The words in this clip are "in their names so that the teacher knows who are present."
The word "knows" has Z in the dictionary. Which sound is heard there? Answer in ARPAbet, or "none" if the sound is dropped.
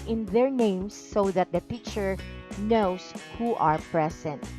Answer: S